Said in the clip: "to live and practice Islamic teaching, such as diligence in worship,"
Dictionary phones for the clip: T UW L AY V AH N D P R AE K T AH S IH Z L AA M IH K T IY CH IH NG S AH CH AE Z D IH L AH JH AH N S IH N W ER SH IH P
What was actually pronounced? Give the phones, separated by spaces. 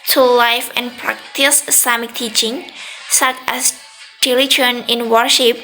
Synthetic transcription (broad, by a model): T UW L AY F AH N P R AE K T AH S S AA M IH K T IY CH IH NG S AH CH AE S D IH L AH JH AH N IH N W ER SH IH P